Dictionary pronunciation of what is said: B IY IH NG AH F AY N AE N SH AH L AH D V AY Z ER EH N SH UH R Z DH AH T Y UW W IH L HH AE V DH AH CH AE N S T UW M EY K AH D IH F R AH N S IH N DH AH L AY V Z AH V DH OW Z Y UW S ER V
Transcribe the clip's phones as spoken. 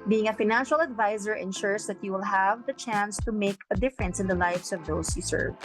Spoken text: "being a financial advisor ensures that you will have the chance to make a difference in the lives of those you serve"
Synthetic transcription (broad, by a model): B IY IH NG AH F AY N AE N SH AH L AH D V AY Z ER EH N SH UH R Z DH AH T Y UW W IH L HH AE V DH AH CH AE N S T UW M EY K AH D IH F R AH N S IH N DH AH L AY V S AH V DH OW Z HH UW S ER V